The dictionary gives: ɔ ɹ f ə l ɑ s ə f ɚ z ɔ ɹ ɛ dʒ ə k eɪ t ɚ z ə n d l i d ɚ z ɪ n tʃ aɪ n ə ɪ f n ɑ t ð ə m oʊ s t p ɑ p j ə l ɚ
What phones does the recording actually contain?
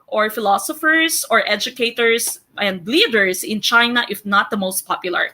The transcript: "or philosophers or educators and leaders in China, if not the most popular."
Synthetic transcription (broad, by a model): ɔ ɹ f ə l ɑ s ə f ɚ s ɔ ɹ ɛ dʒ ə k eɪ t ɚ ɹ ə n d l i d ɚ s ɪ n tʃ aɪ n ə ɪ f n ɑ t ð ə m oʊ s t p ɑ p j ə l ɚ